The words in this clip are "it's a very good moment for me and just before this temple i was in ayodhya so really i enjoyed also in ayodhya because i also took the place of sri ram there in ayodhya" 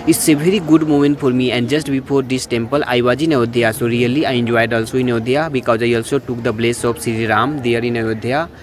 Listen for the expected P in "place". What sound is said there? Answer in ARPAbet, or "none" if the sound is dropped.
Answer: B